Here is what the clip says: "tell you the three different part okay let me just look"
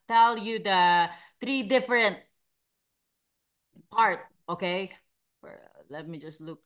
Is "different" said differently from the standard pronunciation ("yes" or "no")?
no